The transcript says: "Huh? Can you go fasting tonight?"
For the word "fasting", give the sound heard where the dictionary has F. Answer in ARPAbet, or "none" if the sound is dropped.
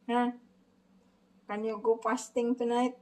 P